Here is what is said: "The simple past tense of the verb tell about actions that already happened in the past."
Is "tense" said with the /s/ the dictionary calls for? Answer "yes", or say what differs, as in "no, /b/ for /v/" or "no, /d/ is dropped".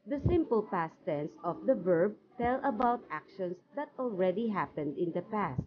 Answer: yes